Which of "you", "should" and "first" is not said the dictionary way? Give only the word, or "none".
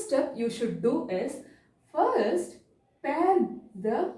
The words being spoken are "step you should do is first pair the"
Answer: none